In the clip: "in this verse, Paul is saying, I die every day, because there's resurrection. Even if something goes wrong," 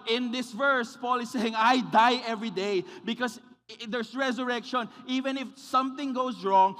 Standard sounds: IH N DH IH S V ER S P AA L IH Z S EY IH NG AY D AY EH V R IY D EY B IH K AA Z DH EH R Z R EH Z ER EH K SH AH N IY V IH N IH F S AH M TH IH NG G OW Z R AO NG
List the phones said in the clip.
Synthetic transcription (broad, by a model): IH N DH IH S V ER S P AA L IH S EY IH NG AY D AY EH V R IY D EY B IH K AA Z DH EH R S R EH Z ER EH K SH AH N IY V IH N IH F S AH M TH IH NG G OW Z R AO NG